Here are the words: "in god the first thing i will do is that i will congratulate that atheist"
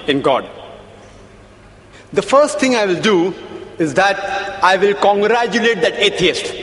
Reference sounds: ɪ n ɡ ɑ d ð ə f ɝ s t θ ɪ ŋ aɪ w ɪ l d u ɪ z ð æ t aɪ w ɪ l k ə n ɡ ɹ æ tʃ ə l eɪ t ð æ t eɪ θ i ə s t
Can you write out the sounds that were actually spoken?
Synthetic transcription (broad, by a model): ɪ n ɡ ɑ d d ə f ɝ s t t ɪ ŋ aɪ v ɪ l d u ɪ z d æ t aɪ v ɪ l k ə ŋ ɡ ɹ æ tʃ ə l eɪ t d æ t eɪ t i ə s t